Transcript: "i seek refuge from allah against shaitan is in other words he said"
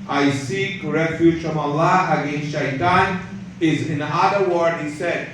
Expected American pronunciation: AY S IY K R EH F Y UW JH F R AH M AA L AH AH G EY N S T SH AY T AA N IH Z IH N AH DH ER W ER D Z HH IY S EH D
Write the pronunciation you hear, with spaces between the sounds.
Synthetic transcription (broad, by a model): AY S IY K R EH F Y UW JH F R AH M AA L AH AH G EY N S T SH AY T AA N IH Z IH N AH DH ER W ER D HH IY S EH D